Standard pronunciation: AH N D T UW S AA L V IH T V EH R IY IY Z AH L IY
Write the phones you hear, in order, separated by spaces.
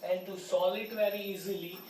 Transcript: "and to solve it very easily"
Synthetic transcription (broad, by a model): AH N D T UW S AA L IH T V EH R IY IY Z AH L IY